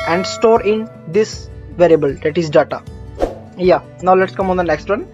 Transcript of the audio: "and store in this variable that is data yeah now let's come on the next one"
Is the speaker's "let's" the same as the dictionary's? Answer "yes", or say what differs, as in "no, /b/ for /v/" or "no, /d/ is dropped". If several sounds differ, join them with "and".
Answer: yes